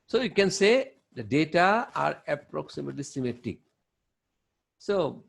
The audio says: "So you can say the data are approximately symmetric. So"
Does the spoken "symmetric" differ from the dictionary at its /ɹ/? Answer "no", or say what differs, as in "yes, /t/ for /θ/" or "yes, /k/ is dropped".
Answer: yes, /ɹ/ is dropped